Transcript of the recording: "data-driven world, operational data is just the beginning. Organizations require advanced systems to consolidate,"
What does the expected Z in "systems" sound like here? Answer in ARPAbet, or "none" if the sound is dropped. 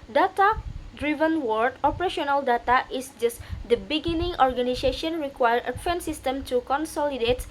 none